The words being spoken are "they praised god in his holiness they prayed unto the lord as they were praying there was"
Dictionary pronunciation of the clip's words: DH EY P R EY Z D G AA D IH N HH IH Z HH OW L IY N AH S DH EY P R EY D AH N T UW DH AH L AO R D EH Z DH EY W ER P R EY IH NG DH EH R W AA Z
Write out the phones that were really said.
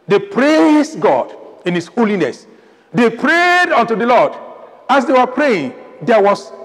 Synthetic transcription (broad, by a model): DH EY P R EY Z G AA D IH N HH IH S HH OW L IY N AH S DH EY P R EY D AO N T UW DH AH L AO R D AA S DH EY W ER P R EY IH NG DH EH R W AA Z